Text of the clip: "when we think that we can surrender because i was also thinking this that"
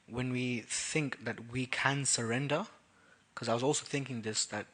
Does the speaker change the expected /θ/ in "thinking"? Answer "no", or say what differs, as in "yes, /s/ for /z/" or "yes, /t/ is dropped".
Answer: no